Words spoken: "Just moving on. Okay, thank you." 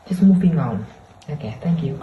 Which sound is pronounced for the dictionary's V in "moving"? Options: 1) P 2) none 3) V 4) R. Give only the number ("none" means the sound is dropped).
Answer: 1